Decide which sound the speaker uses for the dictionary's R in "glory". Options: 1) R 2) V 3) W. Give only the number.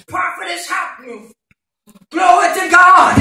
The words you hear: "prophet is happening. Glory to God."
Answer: 3